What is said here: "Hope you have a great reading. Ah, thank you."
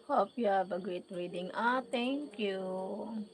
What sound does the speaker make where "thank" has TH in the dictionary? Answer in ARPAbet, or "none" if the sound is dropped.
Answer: T